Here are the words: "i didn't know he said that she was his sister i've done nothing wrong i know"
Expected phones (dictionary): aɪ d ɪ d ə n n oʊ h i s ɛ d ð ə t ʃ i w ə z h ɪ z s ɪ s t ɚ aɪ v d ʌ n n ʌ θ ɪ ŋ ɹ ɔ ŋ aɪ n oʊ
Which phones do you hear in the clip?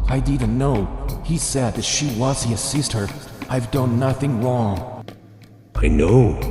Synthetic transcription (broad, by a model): aɪ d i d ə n n oʊ h i s ɛ d ð ə t ʃ i w ə z h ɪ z s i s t ɚ aɪ v d ʌ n n ʌ θ ɪ ŋ ɹ ɔ ŋ aɪ n oʊ